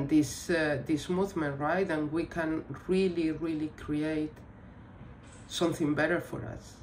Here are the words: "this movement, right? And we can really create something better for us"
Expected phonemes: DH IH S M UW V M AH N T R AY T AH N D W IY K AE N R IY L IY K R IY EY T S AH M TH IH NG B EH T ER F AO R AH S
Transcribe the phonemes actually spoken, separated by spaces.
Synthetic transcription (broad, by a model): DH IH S M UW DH M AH N R AY T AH N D W IY K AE N R IY L IY K R IY EY T S AH M TH IH NG B EH T ER F AO R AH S